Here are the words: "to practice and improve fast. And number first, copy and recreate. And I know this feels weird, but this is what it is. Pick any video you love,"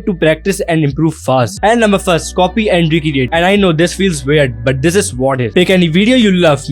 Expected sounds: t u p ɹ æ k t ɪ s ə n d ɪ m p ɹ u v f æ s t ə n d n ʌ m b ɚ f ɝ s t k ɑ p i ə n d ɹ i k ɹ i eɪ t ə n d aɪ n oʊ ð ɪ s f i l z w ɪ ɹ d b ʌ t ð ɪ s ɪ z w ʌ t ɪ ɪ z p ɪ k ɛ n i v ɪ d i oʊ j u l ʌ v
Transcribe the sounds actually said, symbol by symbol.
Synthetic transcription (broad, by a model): t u p ɹ æ k t ɪ s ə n d ɪ m p ɹ u v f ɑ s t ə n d n ʌ m b ɚ f ɝ s t k ɑ p i ə n d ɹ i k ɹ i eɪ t ə n d aɪ n oʊ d ɪ s f i l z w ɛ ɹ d b ʌ t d ɪ s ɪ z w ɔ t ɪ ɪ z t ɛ k ɛ n i v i d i oʊ j u l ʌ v